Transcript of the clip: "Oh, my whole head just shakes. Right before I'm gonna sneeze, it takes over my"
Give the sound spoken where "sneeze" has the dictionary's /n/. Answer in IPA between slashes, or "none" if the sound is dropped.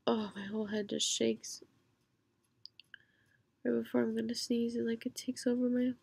/n/